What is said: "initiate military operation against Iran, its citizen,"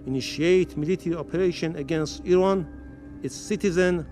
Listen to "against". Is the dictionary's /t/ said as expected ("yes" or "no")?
yes